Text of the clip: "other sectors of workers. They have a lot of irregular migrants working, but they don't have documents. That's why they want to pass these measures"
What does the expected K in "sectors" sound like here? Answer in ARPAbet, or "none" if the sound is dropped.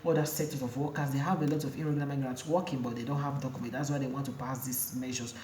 none